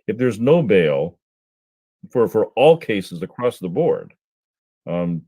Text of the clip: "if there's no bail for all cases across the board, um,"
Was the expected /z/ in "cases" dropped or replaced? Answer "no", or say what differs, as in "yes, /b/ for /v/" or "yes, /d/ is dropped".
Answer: no